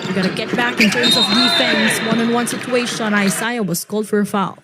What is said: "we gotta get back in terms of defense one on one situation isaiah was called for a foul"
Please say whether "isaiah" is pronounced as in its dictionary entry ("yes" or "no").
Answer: no